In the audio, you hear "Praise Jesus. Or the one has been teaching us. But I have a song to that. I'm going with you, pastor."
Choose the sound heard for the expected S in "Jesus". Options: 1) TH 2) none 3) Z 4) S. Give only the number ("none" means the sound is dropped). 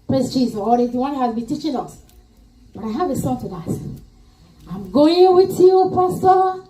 2